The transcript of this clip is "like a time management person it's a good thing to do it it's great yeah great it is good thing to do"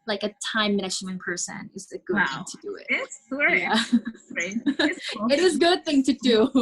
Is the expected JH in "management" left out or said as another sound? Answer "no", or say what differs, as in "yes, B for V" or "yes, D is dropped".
yes, SH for JH